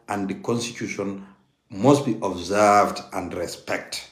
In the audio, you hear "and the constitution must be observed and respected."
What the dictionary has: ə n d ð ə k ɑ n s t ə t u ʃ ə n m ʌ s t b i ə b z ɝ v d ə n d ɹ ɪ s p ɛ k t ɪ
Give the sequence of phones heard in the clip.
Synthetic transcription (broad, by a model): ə n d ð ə k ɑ n s t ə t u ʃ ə n m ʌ s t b i ə b z ɝ v d ə n d ɹ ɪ s p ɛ k t